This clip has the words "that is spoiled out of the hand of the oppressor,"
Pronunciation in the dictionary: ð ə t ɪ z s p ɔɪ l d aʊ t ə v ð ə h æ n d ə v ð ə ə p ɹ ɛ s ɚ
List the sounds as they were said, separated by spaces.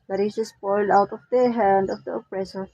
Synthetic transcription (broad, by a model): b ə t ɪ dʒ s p ɔɪ l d aʊ t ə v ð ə h æ n d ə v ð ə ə p ɹ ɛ s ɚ